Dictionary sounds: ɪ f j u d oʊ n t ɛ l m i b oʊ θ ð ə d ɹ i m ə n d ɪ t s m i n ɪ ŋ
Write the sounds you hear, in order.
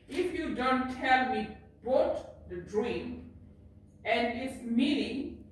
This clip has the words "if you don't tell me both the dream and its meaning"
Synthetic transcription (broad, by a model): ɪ f j u d oʊ n t ɛ l m i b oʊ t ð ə d ɹ i m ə n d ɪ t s m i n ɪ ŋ